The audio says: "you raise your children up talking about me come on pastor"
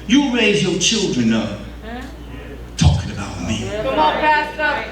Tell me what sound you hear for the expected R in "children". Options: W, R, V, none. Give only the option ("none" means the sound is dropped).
R